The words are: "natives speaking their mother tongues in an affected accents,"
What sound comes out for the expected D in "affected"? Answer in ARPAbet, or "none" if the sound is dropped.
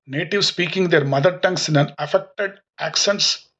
D